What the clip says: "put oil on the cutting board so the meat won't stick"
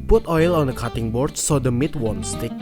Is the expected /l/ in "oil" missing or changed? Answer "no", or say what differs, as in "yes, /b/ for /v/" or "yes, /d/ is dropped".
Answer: no